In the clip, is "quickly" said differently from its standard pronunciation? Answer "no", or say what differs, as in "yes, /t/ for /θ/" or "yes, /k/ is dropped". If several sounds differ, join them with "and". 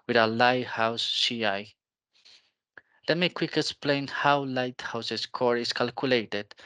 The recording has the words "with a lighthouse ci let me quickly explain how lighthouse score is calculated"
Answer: yes, /l/ is dropped